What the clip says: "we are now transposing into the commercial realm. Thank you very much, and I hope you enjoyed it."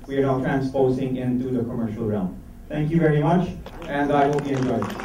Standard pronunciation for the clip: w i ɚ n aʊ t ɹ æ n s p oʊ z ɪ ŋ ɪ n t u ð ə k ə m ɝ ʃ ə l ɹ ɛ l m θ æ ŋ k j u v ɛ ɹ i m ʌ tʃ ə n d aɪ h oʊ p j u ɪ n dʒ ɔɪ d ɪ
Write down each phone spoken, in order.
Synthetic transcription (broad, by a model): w i ɚ n aʊ t ɹ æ n s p oʊ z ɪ ŋ ɪ n t u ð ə k ə m ɝ ʃ ə l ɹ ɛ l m t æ ŋ k j u v ɛ ɹ i m ʌ tʃ ə n d aɪ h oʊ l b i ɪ n dʒ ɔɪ ɪ